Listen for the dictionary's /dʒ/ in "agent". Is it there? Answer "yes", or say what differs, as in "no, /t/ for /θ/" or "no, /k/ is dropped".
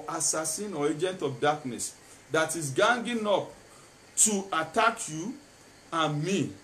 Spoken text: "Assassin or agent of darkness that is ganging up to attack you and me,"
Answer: yes